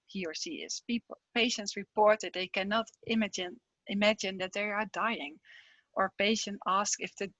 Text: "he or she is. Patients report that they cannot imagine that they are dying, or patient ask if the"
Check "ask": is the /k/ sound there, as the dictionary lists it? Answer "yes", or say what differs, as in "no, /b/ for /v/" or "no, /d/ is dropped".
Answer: yes